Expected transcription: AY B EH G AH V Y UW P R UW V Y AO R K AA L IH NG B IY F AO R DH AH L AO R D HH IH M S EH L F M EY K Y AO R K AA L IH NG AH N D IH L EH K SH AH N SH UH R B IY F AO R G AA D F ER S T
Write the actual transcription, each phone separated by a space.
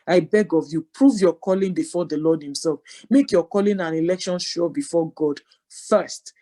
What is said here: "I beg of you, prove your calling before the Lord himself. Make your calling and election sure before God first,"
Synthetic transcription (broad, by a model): AY B EH G AH V Y UW P R UW V Y AO K AA L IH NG B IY F AO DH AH L AO D HH IH M S EH L F M EY K Y AO K AA L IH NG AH N IH L EH K SH AH N SH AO B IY F AO G AA D F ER S T